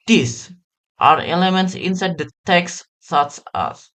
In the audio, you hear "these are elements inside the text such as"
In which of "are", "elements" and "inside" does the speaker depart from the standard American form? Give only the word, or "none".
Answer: none